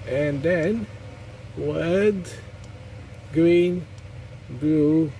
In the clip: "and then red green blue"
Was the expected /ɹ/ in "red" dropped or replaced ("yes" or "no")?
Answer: yes